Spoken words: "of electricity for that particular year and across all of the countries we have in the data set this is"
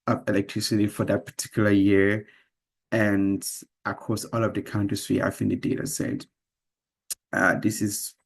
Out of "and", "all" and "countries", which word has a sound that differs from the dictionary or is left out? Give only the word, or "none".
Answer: countries